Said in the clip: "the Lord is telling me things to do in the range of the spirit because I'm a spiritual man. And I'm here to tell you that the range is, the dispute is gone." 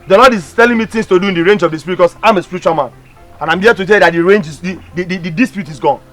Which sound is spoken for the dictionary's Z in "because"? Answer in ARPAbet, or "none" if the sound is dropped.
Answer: none